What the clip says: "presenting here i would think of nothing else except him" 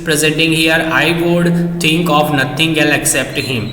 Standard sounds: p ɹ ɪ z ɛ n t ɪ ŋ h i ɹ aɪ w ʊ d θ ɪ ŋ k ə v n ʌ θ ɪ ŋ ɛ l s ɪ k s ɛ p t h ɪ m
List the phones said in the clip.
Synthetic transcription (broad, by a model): p ɹ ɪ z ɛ n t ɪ ŋ h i ɹ aɪ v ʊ d t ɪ ŋ k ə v n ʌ t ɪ ŋ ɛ l ɪ k s ɛ p t h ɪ m